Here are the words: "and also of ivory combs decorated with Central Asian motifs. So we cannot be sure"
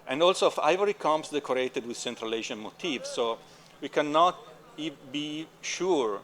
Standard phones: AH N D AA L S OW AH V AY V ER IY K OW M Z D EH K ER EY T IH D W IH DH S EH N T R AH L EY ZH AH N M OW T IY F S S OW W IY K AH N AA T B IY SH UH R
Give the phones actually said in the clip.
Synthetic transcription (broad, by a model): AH N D AA L S OW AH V AY V ER IY K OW M S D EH K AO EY T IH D W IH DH S EH N T R AH L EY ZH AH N M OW T IY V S S OW W IY K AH N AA T B IY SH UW R